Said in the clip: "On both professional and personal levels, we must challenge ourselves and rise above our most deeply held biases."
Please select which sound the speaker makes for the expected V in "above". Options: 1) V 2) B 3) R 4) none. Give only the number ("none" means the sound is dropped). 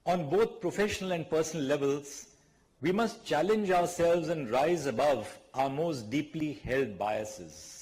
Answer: 1